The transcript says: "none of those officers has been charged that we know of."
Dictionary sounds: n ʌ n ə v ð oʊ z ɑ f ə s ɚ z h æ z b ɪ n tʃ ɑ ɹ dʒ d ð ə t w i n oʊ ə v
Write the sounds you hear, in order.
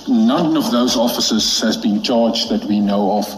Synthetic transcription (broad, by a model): n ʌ n ə v ð oʊ z ɑ f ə s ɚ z h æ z b ɪ n tʃ ɑ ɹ dʒ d ð ə t w i n oʊ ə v